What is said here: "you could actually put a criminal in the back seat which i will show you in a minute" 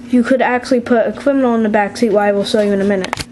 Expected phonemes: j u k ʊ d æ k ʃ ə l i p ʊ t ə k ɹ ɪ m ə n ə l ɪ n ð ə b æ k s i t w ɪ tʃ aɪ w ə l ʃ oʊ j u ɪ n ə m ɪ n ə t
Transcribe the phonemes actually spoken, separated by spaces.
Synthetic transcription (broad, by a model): j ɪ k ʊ d æ k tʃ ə l i p ʊ t ə k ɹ ɪ m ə n l ɪ n ð ə b æ k s i t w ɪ aɪ w ə l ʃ oʊ j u ɪ n ə m ɪ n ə t